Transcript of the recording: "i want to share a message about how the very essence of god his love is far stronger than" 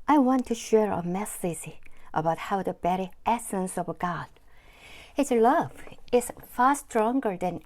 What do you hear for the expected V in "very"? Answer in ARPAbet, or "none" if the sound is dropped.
B